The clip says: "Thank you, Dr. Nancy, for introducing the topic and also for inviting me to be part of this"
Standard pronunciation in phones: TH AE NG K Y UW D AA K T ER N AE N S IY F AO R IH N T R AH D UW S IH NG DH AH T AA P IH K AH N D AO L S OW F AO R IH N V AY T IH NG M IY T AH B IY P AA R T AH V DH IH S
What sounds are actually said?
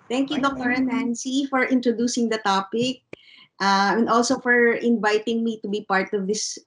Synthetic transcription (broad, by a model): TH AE NG K Y UW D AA K T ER N AE N S IY F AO R IH N T R AH D UW S IH NG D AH T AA P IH K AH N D AO L S OW F AO R IH N V AY T IH NG M IY T AH B IY P AA R T AH V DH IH S